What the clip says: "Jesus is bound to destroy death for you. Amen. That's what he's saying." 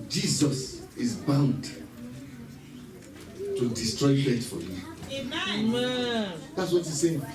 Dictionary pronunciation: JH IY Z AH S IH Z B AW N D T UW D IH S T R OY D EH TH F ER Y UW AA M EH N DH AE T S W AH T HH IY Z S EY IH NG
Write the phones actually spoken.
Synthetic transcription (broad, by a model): JH IY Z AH S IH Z B AW N D T UW D IH S T R OY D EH T F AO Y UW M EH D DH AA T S W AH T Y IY S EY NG